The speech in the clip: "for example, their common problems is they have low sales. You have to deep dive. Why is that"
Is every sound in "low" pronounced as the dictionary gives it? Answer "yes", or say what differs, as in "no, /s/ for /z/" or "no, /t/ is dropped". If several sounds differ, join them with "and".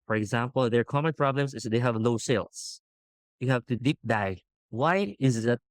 no, /n/ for /l/